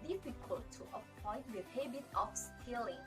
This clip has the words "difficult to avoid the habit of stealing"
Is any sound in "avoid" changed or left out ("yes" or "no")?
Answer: yes